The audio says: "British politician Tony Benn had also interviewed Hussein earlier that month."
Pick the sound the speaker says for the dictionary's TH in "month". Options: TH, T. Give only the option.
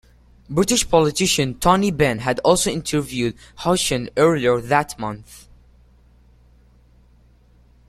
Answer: TH